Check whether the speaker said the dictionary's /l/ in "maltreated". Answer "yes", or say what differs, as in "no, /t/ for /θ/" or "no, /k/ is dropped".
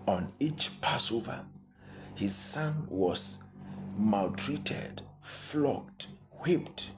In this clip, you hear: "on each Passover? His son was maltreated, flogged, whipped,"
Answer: yes